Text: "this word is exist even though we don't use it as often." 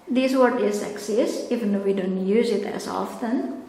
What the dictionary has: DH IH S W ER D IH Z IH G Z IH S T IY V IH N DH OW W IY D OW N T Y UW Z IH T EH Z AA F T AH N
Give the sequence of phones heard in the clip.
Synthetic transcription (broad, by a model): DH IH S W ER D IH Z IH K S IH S IY V IH N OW W IY D OW N T Y UW Z IH T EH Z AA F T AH N